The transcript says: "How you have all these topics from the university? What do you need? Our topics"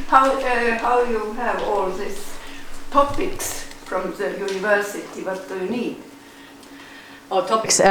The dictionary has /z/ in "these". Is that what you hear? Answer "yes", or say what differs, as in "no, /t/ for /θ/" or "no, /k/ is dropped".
no, /s/ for /z/